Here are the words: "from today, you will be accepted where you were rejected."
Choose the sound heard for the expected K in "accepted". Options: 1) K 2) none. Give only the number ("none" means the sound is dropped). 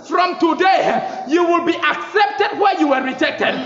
1